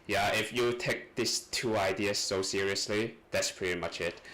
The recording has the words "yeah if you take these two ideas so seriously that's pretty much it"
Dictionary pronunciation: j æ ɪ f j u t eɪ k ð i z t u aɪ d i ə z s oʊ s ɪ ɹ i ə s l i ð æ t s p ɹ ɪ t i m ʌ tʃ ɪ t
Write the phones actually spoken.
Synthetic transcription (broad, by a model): j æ ɪ f j u t eɪ k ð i s t u aɪ d i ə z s oʊ s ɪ ɹ i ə s l i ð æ t s p ɹ ɪ t i m ʌ tʃ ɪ t